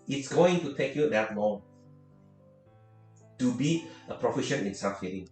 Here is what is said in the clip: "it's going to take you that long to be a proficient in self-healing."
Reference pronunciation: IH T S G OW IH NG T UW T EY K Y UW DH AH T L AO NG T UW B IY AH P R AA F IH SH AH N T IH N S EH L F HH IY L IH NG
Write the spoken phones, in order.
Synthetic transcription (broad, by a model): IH T S G OW IH NG T UW T EY K Y UW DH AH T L AO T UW B IY AH P R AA F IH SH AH N IH N S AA F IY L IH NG